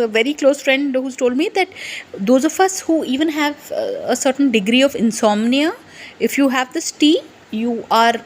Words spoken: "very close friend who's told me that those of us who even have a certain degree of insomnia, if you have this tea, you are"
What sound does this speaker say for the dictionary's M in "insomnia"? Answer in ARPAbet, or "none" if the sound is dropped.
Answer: M